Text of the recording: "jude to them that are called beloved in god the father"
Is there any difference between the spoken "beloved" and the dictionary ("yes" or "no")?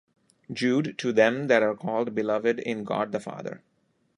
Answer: no